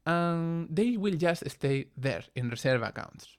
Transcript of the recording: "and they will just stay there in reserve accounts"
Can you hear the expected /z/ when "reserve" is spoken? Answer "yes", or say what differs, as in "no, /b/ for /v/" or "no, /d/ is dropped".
no, /s/ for /z/